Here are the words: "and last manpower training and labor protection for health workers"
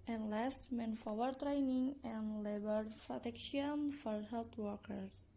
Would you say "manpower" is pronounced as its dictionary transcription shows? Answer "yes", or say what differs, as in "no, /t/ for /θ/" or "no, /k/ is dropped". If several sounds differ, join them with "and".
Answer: no, /f/ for /p/